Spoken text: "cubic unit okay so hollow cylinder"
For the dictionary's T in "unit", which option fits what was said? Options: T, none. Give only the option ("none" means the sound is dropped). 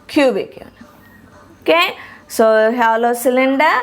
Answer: none